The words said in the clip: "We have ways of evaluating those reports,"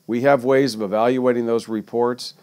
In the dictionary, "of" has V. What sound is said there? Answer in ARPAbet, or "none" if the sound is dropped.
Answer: V